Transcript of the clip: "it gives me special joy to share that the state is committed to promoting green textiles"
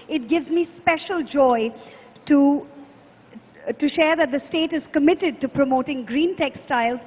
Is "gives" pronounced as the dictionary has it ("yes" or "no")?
yes